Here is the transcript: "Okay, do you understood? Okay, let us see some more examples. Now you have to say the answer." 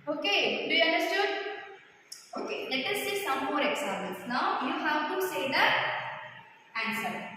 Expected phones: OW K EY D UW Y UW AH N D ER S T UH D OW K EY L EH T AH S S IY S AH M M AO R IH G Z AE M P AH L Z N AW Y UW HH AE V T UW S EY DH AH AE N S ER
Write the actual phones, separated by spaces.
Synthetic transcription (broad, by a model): OW K EY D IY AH N D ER S T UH D OW K EY L EH T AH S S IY S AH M M AO R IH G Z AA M AH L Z N AW Y UW HH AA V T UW S EY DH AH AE N S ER